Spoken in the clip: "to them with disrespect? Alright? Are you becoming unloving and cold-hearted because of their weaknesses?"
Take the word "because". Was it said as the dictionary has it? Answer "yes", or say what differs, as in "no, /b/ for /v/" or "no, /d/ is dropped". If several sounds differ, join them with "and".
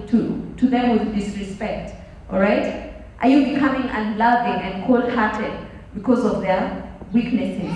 yes